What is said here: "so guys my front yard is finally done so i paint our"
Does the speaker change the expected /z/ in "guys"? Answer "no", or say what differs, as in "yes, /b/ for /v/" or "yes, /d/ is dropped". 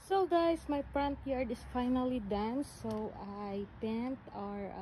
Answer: yes, /s/ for /z/